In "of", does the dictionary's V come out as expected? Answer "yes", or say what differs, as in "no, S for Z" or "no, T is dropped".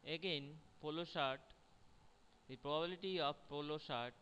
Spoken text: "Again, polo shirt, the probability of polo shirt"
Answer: no, B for V